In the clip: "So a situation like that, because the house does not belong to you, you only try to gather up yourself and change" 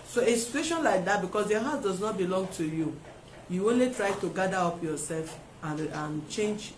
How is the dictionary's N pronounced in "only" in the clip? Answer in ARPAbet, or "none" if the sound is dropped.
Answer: N